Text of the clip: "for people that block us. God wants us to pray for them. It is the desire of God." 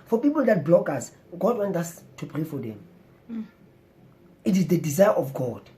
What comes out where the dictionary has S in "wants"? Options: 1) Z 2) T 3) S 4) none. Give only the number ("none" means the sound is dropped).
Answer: 4